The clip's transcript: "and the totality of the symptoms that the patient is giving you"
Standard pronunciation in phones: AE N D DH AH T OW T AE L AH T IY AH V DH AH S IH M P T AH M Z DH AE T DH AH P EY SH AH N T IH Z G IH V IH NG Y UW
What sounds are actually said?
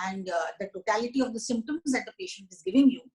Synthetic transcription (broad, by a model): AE N D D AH T OW T AE L AH T IY AH V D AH S IH M P T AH M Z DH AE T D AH P EY SH AH N T IH Z G IH V IH NG Y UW